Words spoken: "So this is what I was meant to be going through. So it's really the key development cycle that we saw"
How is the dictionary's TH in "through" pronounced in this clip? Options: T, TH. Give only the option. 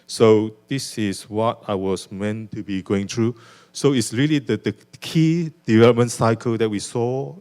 T